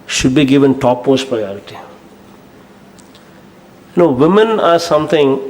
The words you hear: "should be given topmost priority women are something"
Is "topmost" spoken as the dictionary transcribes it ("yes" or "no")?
no